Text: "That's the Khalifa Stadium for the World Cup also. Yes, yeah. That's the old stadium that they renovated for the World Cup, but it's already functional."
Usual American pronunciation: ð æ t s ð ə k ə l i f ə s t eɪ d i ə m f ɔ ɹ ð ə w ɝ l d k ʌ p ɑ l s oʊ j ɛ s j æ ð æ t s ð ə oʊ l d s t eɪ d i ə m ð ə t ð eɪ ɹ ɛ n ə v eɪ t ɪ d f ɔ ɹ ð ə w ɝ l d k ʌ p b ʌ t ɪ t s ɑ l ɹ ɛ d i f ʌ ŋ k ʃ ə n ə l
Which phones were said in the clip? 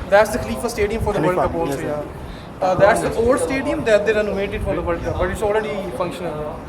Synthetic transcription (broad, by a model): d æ t s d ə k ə l i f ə s t eɪ d i ə m f ɔ ɹ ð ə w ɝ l k ʌ p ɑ n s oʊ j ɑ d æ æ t s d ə oʊ l d s t eɪ d i ə m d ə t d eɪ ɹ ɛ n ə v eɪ t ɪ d f ɔ ɹ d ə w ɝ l k ʌ p b ʌ t ɪ t s ɑ l ɹ ɛ d i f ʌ ŋ k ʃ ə n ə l